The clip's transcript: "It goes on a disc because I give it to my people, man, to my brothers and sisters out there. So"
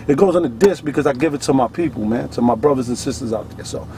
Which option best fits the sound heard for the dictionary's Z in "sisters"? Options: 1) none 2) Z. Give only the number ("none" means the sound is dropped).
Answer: 2